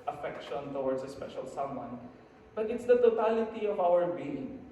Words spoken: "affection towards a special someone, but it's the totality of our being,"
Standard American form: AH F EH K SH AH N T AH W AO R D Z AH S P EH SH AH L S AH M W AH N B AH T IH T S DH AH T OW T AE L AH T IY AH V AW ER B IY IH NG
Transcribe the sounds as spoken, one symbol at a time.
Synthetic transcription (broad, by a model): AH F EH K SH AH N T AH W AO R D S AH S P EH SH AH L S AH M W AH N B AH T IH T S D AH T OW T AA L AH T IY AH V AW ER B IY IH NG